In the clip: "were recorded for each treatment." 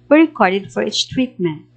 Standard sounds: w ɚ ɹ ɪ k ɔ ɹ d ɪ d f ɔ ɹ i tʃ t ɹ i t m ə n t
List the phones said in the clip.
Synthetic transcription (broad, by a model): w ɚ ɹ ɪ k ɔ ɹ d ɪ d f ɔ ɹ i s t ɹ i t m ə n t